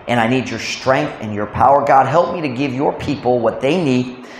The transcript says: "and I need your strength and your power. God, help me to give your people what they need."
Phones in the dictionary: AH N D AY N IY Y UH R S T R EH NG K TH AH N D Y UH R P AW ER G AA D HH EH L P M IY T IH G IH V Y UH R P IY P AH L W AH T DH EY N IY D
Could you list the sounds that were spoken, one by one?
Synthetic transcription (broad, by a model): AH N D AY N IY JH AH R S T R EH NG K TH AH N Y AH R P AW ER G AA D HH EH L P M IY T IH G IH V Y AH R P IY P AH L W AH T DH EY N IY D